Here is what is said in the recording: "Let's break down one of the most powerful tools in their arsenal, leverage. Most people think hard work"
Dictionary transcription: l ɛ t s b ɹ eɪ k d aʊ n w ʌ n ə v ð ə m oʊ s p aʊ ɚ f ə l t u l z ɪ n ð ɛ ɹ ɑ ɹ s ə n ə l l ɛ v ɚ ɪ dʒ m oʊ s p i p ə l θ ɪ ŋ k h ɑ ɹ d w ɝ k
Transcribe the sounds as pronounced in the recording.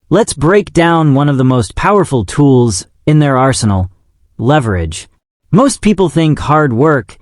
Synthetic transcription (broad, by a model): l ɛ t s b ɹ eɪ k d aʊ n w ʌ n ə v ð ə m oʊ s p aʊ ɚ f l t u l z ɪ n ð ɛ ɹ ɑ ɹ s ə n l l ɛ v ɚ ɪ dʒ m oʊ s p i p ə l θ ɪ ŋ k h ɑ ɹ d w ɝ k